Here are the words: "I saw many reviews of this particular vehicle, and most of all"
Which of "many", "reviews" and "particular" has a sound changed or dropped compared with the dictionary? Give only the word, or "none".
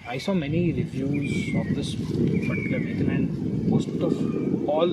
particular